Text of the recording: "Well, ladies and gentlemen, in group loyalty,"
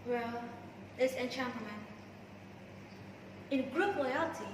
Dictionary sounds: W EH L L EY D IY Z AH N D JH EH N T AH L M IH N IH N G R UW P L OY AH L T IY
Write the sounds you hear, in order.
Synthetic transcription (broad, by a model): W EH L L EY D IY S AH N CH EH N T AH M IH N IH N G R UW P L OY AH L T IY